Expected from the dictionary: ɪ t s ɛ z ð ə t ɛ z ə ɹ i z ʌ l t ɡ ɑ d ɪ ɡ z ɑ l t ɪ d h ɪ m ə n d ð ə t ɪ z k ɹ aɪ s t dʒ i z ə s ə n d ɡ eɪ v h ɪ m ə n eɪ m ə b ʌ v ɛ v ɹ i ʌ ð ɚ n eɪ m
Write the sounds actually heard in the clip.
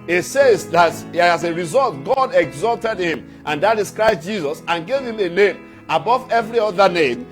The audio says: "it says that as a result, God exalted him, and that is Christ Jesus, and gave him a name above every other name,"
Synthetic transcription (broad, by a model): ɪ t s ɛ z ð ə t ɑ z ə ɹ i z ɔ l t ɡ ɑ d ɪ ɡ z ɑ l t ɪ d h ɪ m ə n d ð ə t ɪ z k ɹ aɪ s t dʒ i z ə s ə n ɡ eɪ v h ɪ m ə n eɪ m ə b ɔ v ɛ v ɹ i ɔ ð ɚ n eɪ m